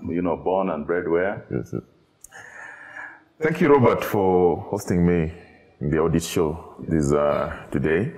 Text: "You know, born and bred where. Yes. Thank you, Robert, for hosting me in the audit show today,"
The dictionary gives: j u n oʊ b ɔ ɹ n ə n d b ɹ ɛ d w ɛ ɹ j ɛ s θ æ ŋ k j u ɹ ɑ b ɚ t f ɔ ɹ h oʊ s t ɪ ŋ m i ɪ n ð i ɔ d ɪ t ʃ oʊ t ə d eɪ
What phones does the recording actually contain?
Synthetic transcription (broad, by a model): j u n oʊ b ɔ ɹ n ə n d b ɹ ɛ d w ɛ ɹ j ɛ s θ æ ŋ k j u ɹ ɑ b ɚ t f ɔ ɹ h oʊ s t ɪ ŋ m i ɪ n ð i ɔ d ɪ t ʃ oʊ t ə d eɪ